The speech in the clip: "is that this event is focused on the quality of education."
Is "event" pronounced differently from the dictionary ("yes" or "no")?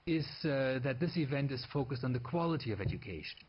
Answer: no